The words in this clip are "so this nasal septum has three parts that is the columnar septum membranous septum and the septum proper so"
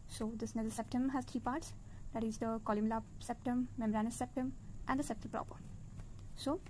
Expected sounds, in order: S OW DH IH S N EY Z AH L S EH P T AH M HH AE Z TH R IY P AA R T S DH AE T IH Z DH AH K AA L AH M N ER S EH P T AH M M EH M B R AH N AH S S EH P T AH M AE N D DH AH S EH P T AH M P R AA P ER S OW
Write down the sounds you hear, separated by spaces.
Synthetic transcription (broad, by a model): S OW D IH S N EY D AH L S EH P T AH M HH AE Z T R IY P AA R T S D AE T IH Z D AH K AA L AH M L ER S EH P T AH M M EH M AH R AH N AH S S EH P T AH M AE N D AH S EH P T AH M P R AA P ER S OW